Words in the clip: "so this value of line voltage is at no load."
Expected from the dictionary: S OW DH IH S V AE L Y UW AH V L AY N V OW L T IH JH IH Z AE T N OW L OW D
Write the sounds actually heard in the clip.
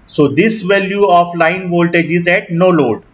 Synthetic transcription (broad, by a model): S OW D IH S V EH L Y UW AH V L AY N V OW L T IH JH IH Z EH T N OW L OW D